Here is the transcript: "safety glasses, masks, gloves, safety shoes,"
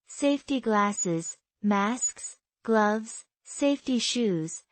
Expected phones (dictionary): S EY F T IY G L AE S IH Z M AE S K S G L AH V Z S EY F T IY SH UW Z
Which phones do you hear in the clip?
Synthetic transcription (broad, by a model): S EY F T IY G L AE S IH Z M AE S K S G L AH V Z S EY F T IY SH UW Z